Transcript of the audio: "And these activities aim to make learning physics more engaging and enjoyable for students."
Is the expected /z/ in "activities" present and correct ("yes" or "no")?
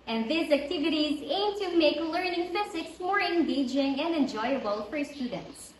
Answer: yes